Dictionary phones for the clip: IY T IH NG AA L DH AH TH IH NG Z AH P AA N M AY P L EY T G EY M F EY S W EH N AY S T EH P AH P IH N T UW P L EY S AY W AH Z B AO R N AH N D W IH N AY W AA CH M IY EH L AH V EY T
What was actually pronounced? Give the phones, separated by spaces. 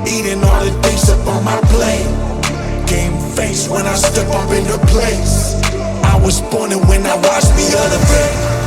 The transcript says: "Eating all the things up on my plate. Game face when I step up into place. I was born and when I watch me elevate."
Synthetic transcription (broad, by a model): IY T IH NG AA L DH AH T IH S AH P AA N M AY P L EY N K EY M F EY S W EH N AY S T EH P AH P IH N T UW P L EY S AY W AH Z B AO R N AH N W IH N AY W AA CH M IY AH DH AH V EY